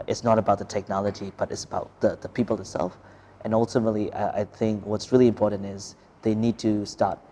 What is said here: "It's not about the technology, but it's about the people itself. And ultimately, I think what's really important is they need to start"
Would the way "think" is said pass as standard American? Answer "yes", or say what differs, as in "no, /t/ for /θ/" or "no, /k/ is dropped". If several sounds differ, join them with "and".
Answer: yes